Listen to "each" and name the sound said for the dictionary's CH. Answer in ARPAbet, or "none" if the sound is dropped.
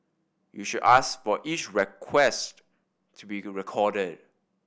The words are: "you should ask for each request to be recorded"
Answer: CH